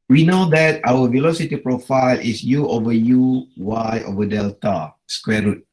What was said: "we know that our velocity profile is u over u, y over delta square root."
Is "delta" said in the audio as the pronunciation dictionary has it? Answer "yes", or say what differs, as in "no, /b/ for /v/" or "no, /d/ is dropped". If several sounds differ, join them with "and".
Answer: yes